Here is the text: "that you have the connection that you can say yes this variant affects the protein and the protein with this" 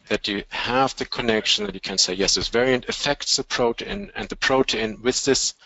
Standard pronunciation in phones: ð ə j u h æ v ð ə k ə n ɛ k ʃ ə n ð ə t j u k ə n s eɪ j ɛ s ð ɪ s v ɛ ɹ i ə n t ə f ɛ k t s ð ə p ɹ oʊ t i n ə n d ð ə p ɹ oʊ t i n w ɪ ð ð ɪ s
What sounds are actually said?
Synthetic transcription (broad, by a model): ð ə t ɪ h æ v ð ə k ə n ɛ k ʃ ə n ð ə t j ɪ k ə n s eɪ j ɛ s ð ɪ s v ɛ ɹ i ə n t ə f ɛ k t s ð ə p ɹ oʊ t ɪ n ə n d ð ə p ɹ oʊ t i n w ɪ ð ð ɪ s